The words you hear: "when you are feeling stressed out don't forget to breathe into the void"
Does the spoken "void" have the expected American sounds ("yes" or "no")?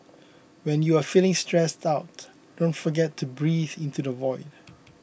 yes